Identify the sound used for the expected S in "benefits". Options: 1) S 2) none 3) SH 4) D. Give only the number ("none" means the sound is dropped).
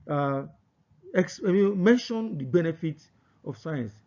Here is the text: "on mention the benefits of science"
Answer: 2